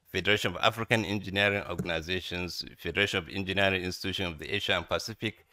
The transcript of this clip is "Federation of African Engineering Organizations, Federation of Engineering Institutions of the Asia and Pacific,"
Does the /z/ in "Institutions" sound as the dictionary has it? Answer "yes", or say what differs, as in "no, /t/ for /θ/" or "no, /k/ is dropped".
no, /z/ is dropped